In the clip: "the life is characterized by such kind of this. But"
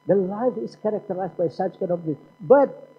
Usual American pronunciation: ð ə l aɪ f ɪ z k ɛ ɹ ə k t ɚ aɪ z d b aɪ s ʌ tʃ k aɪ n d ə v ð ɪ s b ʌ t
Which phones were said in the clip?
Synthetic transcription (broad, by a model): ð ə l aɪ f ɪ s k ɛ ɹ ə k t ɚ aɪ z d b aɪ s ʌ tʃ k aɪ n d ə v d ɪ b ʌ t